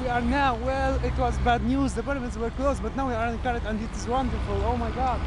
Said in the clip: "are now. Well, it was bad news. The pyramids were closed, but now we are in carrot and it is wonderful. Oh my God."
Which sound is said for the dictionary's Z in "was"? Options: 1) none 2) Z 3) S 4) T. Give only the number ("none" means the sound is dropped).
2